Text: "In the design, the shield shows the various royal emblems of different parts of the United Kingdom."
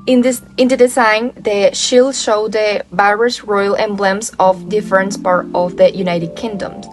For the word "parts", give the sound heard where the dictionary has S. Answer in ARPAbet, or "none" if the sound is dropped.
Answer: none